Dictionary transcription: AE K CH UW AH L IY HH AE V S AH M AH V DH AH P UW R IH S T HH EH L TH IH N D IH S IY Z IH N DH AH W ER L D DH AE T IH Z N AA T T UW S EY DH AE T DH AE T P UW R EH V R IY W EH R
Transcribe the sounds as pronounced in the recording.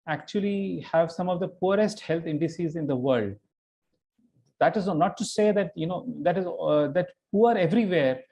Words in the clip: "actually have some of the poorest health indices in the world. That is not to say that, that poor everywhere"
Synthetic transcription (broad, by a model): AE K CH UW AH L IY HH AE V S AH M AH V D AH P UW R IH S T HH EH L T IH N D IH S IY Z IH N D AH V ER L D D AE T IH Z N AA T T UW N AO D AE T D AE T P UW R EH V R IY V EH R